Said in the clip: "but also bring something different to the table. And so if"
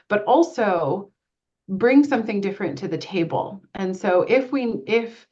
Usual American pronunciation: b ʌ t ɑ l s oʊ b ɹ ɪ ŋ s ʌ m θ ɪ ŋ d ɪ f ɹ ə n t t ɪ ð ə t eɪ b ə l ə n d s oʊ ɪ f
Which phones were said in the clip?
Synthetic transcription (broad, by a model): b ʌ t ɑ l s oʊ b ɹ ɪ ŋ s ʌ m θ ɪ ŋ d ɪ f ɹ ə n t t ɪ ð ə t eɪ b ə l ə n s oʊ ɪ f